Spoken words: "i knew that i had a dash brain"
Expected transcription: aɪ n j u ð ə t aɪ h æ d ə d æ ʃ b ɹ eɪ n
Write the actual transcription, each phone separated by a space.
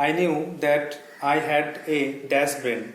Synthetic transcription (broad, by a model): aɪ n j u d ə t aɪ h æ d ə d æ s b ɹ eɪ n